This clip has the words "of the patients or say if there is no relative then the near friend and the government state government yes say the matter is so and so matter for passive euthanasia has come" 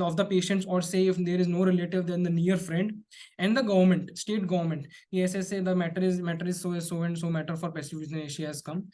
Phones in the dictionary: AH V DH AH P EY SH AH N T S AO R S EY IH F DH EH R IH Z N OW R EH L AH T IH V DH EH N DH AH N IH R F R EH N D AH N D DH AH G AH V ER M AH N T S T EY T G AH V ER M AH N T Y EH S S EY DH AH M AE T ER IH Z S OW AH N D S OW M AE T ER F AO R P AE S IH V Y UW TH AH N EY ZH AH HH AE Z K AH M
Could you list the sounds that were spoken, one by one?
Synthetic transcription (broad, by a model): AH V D AH P EY SH AH N T S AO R S EY IH F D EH R IH Z N OW R EH L AH T IH V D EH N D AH N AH R F R EH N D AH N D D AH G AH V ER M AH N T S T EY T G AH V ER M AH N T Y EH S S EY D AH M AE T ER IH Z S OW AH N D S OW M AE T ER F AO R P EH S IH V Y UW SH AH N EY SH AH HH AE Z K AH M